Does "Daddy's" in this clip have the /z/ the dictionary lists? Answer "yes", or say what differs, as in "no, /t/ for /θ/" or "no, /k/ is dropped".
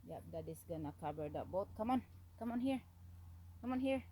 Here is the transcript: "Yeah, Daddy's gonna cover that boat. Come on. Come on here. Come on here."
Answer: no, /s/ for /z/